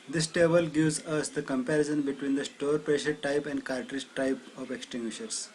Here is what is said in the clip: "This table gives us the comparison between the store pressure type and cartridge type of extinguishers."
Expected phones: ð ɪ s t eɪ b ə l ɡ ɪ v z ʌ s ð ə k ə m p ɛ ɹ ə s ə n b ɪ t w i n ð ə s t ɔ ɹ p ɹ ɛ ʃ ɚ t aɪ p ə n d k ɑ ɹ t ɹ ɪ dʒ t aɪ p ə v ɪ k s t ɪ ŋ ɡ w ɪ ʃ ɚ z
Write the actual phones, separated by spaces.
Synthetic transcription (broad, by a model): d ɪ s t eɪ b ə l ɡ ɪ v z ʌ s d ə k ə m p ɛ ɹ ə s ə n b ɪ t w i n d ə s t ɔ ɹ p ɹ ɛ ʃ ɚ t aɪ p ə n d k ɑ ɹ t ɹ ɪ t t aɪ p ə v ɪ k s t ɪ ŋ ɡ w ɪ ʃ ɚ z